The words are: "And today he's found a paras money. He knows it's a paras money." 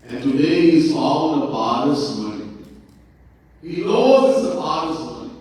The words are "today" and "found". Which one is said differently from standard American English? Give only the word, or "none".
found